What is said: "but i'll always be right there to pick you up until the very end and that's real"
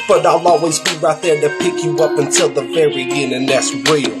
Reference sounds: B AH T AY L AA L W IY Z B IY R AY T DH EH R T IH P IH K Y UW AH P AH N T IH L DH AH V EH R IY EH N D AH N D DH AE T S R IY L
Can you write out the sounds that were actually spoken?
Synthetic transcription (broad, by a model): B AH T AY L AA L W IY Z B IY R AY T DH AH R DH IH P IH K Y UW AH P AH N T IH L DH AH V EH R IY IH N AH N DH AE T S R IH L